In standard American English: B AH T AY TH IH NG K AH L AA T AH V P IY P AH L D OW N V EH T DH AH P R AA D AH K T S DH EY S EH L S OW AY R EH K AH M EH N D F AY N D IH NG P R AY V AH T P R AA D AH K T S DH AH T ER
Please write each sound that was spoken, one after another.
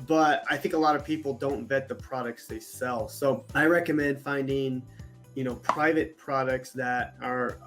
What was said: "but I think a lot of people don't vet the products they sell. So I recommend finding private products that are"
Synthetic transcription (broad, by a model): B AH T AY TH IH NG K AH L AA T AH V P IY P L D OW N V EH T DH AH P R AA D AH K T S DH EY S EH L S OW AY R EH K AH M EH N D F AY N D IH NG P R AY V AH T P R AA D AH K T S DH AH T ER